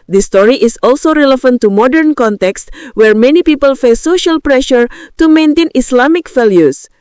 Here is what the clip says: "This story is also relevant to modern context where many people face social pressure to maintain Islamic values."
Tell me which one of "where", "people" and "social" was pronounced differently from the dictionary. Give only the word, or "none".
none